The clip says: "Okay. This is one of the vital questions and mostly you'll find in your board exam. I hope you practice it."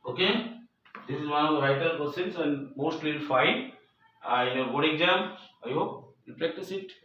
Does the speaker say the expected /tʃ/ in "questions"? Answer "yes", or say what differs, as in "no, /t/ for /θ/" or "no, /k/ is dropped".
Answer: no, /tʃ/ is dropped